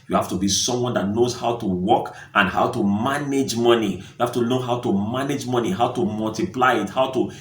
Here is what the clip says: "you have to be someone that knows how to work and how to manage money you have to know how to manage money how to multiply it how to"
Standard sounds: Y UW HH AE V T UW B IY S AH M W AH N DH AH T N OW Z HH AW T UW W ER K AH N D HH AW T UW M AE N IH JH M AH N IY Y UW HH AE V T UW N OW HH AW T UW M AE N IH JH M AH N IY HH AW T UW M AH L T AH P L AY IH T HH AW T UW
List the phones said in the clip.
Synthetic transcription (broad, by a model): Y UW HH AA F T UW B IY S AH M W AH N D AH T N OW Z HH AW T UW W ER K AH N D HH AW T UW M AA N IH JH M AH N IY Y UW HH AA F T UW L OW HH AW T UW M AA N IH JH M AH N IY HH AW T UW M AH L T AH P L AY IH T HH AW T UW